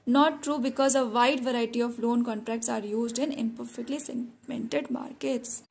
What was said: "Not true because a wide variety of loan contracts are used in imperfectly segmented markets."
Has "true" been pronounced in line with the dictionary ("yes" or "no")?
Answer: yes